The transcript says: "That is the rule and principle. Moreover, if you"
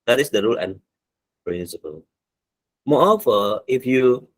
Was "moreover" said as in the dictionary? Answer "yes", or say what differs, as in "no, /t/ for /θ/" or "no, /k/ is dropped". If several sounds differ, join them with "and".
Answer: no, /ɹ/ is dropped